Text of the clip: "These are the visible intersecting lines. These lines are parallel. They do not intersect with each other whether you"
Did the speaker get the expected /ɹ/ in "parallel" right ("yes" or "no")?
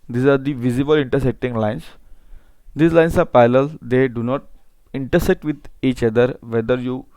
no